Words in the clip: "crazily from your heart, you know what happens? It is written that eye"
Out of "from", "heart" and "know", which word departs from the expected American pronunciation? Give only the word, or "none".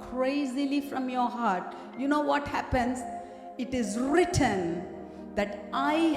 none